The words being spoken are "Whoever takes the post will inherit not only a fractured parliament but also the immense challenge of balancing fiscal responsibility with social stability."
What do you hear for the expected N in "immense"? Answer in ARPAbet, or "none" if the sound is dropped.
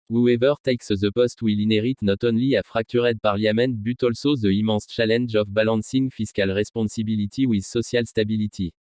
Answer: none